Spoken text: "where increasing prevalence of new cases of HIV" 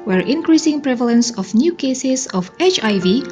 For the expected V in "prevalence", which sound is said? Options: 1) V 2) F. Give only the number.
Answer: 1